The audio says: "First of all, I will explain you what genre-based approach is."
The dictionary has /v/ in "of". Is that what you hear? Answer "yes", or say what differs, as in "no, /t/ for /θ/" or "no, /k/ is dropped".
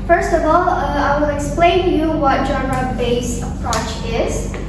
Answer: yes